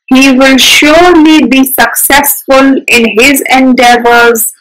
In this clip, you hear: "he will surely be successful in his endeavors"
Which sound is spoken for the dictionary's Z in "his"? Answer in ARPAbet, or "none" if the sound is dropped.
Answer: Z